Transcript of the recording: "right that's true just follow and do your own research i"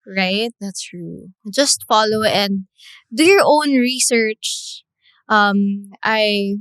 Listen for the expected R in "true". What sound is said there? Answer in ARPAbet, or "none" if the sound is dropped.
R